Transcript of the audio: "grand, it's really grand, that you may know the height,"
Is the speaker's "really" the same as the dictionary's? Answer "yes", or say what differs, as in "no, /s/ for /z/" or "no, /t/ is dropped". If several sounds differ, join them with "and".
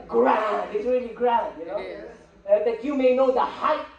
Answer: yes